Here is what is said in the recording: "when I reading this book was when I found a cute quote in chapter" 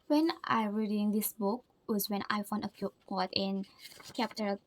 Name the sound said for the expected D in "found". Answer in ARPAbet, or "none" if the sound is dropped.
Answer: none